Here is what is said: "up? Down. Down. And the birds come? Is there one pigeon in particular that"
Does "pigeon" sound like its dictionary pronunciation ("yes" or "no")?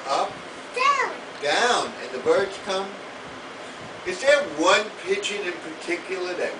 no